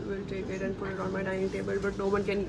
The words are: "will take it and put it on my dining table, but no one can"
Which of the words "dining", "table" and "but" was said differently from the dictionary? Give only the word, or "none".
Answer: dining